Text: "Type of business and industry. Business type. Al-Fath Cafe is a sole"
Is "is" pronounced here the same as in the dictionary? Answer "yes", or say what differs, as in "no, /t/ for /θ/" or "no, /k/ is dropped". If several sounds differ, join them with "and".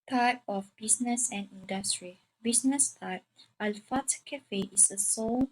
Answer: no, /s/ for /z/